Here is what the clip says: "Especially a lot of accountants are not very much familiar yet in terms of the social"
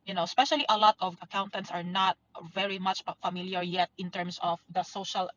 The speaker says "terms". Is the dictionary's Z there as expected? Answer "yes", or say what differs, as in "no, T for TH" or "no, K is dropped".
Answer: no, S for Z